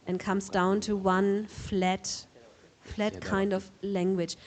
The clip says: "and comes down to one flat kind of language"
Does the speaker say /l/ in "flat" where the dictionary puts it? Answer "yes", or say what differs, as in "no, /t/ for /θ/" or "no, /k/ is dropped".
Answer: yes